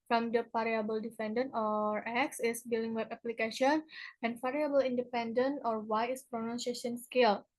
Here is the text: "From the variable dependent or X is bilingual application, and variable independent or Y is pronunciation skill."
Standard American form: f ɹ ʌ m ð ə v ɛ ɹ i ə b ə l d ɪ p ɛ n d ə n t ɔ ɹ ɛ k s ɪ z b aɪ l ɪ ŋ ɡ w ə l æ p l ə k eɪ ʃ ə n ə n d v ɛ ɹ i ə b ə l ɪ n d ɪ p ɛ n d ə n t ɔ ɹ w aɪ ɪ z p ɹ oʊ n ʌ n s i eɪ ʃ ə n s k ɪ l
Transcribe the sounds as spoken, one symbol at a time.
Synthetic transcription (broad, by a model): f ɹ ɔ m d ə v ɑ ɹ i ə b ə l d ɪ f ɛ n d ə n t ɔ ɹ ɛ k s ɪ s b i l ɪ ŋ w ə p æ p l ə k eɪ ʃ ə n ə n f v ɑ ɹ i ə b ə l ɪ n d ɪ p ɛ n d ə n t ɔ ɹ w aɪ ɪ s p ɹ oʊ n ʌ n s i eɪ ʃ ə n s k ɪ l